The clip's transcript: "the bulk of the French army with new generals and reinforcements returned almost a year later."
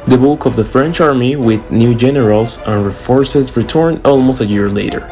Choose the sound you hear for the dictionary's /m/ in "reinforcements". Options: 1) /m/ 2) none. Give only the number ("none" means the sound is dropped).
2